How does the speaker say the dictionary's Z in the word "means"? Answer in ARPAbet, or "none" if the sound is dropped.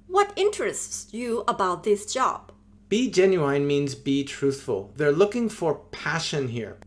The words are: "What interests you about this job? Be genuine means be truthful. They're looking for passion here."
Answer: Z